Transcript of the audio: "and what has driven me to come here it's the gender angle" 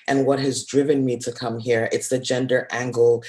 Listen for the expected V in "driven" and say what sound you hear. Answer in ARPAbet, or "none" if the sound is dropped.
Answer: V